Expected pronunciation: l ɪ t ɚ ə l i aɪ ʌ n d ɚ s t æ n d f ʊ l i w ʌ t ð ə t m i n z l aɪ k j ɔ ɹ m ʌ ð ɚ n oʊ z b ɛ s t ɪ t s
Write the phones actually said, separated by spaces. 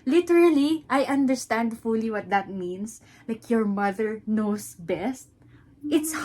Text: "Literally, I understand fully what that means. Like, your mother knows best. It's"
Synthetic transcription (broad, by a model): l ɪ t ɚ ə l i aɪ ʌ n d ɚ s t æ n d f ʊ l i w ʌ t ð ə t m i n s l aɪ k j ɔ ɹ m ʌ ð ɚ n oʊ s b ɛ s t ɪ t s